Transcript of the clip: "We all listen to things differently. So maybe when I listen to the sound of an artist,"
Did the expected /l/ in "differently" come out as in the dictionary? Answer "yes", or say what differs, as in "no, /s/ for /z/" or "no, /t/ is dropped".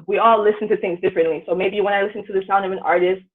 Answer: yes